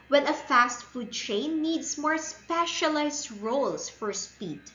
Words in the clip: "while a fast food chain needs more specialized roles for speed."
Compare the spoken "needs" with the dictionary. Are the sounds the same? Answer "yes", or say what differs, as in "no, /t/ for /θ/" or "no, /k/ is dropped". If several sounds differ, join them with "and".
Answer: no, /s/ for /z/